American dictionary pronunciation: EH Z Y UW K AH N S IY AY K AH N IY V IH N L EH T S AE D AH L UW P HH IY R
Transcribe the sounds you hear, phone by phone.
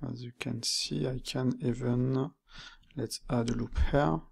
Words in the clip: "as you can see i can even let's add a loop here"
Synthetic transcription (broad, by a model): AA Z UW K AH N S IY AY K AH N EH V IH N L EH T AA D AH L UW P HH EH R